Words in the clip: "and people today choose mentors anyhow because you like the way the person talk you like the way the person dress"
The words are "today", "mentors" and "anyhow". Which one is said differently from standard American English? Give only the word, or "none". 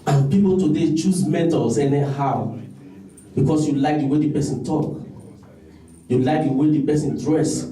mentors